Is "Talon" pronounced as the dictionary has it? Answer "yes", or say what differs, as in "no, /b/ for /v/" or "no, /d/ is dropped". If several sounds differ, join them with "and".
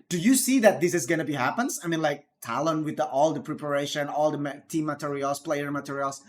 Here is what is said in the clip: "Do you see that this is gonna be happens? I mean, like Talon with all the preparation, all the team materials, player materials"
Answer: yes